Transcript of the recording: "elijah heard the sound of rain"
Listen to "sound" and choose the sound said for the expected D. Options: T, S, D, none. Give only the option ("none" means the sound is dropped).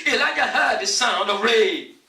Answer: D